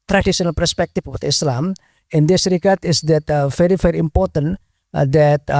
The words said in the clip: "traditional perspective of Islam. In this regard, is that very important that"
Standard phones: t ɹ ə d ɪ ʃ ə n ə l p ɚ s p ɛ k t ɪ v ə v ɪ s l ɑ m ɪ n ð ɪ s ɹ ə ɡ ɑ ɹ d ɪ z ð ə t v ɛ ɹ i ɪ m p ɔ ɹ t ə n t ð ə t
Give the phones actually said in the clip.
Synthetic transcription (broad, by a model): t ɹ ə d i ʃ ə n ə l p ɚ s p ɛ k t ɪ w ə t ɪ s l ɑ m ɪ n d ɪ s ɹ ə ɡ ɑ ɹ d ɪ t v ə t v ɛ ɹ i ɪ m p ɔ ɹ t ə n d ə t